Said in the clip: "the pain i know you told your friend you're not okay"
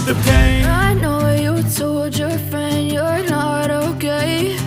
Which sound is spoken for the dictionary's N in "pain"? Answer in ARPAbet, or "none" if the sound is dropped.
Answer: none